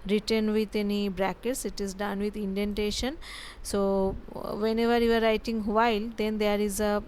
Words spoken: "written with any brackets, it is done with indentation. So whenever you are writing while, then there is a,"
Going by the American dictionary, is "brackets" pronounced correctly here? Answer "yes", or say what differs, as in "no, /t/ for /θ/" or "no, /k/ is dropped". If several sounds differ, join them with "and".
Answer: yes